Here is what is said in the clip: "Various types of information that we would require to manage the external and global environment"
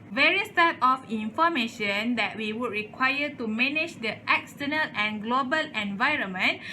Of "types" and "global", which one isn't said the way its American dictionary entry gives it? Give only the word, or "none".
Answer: types